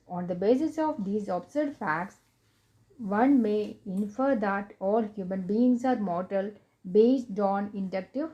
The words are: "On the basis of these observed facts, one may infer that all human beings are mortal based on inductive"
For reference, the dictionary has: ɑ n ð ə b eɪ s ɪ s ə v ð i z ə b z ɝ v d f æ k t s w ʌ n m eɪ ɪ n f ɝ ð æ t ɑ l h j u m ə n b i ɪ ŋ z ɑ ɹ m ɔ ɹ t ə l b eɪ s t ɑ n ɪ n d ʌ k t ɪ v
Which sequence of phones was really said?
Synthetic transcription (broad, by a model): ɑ n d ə b eɪ s ɪ s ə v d i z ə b s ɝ d f æ k t s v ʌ n m eɪ ɪ n f ɝ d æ t ɑ l h j u m ə n b i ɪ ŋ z ɑ ɹ m ɔ ɹ t ə l b eɪ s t ɑ n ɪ n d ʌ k t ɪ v